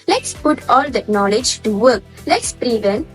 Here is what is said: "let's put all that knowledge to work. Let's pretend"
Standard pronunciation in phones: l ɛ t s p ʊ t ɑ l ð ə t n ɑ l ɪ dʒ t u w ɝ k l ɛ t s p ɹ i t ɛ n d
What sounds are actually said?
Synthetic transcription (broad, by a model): l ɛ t s p ʊ t ɑ l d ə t n ɑ l ɪ dʒ t u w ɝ k l ɛ t s p ɹ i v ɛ n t